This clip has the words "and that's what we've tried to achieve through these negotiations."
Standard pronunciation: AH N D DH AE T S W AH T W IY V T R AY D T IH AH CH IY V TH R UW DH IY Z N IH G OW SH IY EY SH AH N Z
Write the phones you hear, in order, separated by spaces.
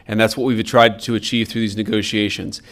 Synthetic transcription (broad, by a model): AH N DH AE T S W AH T W IY V T R AY D T IH AH CH IY V TH R UW DH IY Z N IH G OW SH IY EY SH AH N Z